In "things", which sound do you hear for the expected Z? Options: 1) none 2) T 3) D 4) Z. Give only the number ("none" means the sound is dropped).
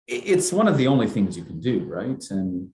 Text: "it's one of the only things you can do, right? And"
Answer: 4